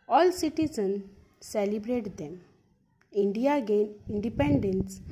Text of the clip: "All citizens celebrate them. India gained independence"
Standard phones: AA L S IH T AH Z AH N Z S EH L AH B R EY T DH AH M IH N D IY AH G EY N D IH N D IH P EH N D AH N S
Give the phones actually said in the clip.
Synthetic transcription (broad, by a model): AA L S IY T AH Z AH N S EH L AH B R EY T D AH M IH N D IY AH G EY N IH N D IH P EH N D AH N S